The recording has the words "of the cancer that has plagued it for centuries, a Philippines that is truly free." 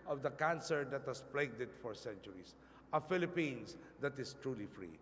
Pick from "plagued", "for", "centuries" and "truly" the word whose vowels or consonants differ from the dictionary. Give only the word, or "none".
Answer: centuries